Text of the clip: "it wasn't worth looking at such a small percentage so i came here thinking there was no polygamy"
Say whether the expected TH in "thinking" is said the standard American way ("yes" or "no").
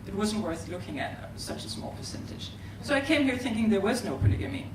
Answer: yes